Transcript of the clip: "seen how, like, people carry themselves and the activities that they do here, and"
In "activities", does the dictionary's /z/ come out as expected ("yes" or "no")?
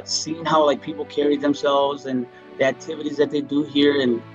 yes